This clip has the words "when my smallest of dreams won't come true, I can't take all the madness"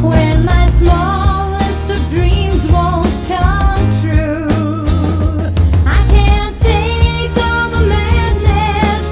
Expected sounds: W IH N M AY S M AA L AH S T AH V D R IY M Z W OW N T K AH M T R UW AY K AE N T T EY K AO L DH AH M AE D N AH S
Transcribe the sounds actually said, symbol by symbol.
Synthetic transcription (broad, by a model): W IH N M AY S M AA L AH S T AH V D R IY M Z W OW N T K AH M T R UW AY K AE N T T EY K AO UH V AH M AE D N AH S